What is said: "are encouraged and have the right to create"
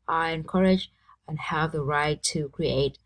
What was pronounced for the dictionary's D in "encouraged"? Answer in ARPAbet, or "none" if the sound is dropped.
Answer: none